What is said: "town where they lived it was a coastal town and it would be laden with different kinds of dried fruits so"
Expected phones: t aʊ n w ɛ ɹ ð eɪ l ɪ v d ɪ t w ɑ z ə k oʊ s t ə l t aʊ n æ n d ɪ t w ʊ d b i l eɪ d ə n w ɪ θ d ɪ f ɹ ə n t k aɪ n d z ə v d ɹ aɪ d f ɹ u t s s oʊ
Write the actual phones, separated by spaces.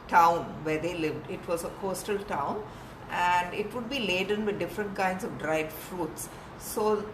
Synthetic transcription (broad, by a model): t aʊ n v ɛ ɹ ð eɪ l ɪ v d ɪ t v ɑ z ə k oʊ s t ə l t aʊ n æ n d ɪ t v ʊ d b i l eɪ d ə n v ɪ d d ɪ f ɹ ə n t k aɪ n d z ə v d ɹ aɪ d f ɹ u t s s oʊ